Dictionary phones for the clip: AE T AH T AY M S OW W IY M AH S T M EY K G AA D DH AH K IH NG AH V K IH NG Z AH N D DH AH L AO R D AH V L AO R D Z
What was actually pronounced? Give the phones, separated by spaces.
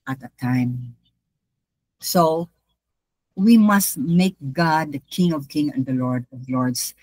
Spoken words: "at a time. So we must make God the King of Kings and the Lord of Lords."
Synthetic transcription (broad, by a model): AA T AH T AY M S OW W IY M AH S T M EY K G AA D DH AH K IH NG AH V K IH NG AH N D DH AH L AO R D AH V L AO R D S